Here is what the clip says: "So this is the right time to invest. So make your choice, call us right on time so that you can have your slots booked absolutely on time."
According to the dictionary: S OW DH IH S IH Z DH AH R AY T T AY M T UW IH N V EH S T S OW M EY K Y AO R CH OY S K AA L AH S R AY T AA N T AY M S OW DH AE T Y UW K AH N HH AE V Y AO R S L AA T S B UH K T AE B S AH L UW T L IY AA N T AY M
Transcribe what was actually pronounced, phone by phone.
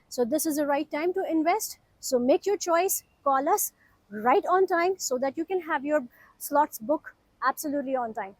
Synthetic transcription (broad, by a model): S OW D IH S IH Z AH R AY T T AY M T UW IH N V EH S T S OW M EY K Y AO R CH OY S K AA L AH S R AY T AA N T AY M S OW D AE T Y UW K AH N HH AE V Y AO R S L AA T S B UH K AE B S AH L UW T L IY AA N T AY M